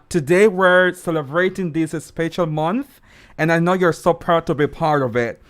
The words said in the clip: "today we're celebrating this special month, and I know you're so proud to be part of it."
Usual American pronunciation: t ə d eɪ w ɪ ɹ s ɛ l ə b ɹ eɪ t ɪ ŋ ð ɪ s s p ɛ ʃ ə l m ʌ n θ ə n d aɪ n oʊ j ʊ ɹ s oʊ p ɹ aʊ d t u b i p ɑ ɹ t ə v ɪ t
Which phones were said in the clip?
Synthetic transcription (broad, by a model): t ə d eɪ w ɪ ɹ s ɛ l ə b ɹ eɪ t ɪ ŋ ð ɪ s s p ɛ ʃ ə l m ʌ n θ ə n aɪ n oʊ j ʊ ɹ s oʊ p ɹ aʊ d t u b i p ɑ ɹ t ə v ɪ t